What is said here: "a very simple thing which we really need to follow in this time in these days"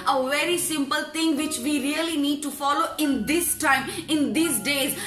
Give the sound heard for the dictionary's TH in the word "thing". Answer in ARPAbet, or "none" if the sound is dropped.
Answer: T